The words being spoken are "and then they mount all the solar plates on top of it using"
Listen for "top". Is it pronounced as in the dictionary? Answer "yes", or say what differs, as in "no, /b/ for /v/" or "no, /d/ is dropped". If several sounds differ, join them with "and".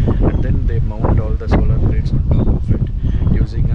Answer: no, /p/ is dropped